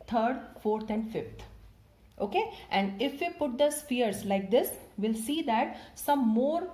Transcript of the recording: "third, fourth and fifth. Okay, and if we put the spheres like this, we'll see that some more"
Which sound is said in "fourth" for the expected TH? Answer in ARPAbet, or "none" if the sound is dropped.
T